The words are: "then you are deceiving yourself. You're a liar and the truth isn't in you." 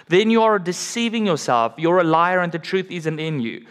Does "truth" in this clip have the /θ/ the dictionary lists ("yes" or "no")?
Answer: yes